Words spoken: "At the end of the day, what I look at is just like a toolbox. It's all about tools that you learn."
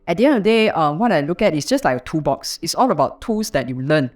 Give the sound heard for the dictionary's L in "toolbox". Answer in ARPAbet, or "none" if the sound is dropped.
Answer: none